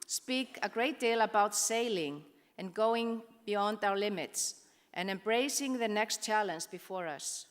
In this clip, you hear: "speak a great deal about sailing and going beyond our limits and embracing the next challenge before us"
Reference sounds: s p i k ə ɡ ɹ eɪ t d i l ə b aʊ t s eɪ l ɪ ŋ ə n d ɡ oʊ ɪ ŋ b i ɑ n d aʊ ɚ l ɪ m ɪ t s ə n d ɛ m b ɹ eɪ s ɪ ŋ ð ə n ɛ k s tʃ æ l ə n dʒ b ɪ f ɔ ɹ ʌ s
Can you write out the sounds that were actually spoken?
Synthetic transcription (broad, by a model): s p i k ə ɡ ɹ eɪ t d i l ə b aʊ t s eɪ l ɪ ŋ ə n ɡ oʊ ɪ ŋ b i ɑ n d aʊ ɚ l ɪ m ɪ t s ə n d ɛ m b ɹ eɪ s ɪ ŋ ð ə n ɛ k s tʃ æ l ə n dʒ b ɪ f ɔ ɹ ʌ s